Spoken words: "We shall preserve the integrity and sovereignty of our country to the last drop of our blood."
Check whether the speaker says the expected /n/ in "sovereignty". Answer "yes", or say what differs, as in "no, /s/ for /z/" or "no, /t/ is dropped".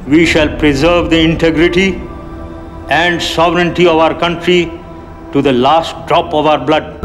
yes